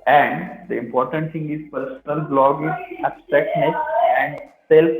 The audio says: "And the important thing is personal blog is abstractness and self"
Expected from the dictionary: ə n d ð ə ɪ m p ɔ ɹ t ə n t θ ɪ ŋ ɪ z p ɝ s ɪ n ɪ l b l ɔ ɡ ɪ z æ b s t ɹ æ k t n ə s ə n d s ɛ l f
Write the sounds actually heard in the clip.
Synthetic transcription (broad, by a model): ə n d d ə ɪ m p ɔ ɹ t ə n t s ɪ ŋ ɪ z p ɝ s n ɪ l b l ɔ ɡ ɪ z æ s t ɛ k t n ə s ə n d s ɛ l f